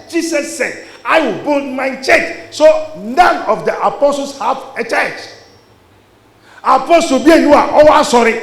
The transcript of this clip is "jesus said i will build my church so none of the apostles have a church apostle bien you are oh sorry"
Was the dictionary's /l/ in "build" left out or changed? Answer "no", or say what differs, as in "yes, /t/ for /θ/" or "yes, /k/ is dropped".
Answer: yes, /l/ is dropped